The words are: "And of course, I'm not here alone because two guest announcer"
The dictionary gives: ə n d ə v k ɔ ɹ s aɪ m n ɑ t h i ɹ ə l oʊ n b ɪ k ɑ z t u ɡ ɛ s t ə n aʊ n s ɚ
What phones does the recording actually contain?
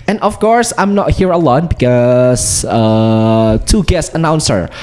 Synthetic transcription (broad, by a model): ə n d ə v k ɔ ɹ s aɪ m n ɑ t h i ɹ ə l oʊ n b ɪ k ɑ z t u ɡ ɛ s ə n aʊ n s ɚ